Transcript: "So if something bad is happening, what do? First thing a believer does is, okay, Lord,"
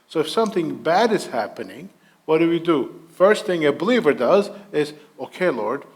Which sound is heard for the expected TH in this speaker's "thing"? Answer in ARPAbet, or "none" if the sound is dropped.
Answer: TH